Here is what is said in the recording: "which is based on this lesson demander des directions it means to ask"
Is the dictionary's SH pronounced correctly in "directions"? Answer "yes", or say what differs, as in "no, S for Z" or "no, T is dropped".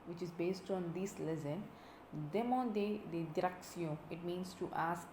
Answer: no, S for SH